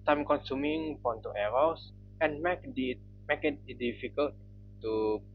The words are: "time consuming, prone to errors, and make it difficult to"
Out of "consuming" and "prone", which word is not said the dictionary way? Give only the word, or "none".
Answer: prone